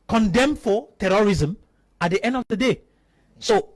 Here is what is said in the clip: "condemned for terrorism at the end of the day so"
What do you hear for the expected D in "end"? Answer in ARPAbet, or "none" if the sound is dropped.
D